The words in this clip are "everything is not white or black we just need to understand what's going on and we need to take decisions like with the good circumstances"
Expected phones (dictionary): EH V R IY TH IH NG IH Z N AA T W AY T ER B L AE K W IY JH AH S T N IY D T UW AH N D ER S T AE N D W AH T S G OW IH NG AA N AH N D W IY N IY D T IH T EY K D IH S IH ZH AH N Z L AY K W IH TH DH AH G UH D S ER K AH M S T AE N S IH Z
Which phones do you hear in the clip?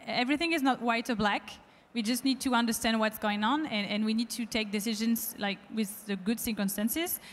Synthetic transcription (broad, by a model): EH V R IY TH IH NG IH Z N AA T W AY T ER B L AE K W IY JH AH S T N IY D T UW AH N D ER S T AE N D W AH T S G OW IH NG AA N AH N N W IY N IY D T IH T EY K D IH S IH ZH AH N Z L AY K W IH DH AH G UH D S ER K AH M S T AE N S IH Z